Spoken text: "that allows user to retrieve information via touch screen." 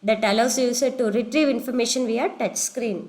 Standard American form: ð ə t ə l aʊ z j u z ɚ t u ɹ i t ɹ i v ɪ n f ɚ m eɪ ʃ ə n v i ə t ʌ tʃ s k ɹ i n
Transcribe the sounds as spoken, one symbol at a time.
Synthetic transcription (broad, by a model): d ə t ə l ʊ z j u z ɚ t u ɹ i t ɹ i v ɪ n f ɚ m eɪ ʃ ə n v i ə t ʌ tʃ s k ɹ i n